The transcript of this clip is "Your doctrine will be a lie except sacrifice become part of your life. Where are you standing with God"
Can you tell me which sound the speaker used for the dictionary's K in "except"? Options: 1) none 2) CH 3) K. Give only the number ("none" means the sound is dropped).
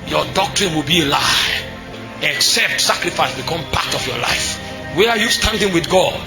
3